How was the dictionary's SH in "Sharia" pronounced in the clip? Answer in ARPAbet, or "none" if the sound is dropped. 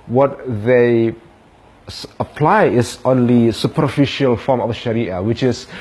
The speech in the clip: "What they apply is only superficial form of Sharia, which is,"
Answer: SH